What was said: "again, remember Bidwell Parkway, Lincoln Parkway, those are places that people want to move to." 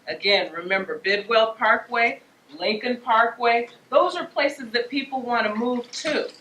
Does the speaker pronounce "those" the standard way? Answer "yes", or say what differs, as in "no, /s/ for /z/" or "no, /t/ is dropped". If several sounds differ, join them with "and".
yes